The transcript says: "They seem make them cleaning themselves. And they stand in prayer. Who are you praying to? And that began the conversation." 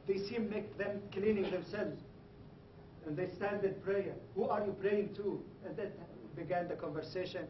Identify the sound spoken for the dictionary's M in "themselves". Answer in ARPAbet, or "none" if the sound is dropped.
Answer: M